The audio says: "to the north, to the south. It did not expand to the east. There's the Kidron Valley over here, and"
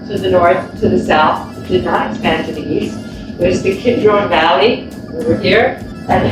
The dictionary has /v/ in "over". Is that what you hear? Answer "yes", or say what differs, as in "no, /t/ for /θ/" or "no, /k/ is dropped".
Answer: no, /w/ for /v/